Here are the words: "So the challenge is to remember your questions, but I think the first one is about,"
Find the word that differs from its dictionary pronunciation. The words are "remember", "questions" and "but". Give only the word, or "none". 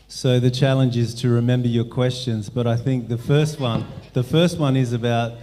none